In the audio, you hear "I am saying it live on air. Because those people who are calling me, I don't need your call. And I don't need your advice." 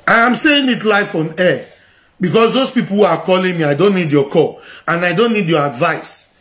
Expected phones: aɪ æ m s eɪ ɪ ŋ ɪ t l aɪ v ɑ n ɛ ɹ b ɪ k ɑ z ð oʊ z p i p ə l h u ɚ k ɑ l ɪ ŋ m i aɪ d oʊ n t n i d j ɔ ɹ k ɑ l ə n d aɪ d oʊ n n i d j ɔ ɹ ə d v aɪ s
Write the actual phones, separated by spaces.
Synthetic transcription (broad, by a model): aɪ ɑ m s eɪ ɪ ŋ ɪ t l aɪ f ɑ n ɛ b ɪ k ɑ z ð oʊ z p i p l h u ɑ k ɑ l ɪ ŋ m i aɪ d oʊ n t n i d j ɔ k ɑ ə n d aɪ d oʊ n n i d j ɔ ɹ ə d v aɪ s